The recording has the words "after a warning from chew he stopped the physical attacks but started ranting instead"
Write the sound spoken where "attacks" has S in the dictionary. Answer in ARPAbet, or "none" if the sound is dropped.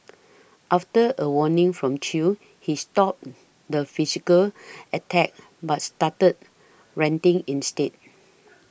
none